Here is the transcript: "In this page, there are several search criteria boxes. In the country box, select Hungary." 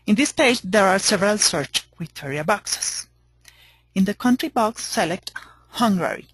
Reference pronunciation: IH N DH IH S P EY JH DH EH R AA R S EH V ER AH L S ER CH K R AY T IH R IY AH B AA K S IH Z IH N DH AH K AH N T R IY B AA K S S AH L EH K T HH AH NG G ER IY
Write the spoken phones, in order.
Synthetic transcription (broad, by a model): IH N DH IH S P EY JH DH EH R AA R S EH V ER AH L S ER CH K W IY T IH R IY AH B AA K S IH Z IH N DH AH K AH N T R IY B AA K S S AH L EH K T HH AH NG G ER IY